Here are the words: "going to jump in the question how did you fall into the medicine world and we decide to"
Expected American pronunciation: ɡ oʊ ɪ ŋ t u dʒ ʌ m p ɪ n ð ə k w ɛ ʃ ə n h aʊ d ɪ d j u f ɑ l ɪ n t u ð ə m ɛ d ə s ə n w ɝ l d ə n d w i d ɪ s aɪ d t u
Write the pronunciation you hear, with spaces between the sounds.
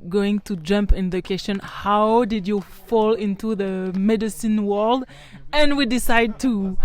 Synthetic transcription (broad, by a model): ɡ oʊ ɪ ŋ t u dʒ ʌ m p ɪ n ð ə k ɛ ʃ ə n h aʊ d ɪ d j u f ɑ l ɪ n t u ð ə m ɛ d ə s ə n w ɝ l d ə n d w i d ɪ s aɪ d t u